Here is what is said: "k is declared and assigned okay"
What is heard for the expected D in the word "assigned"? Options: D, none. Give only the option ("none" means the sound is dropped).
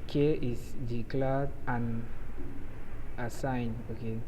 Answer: none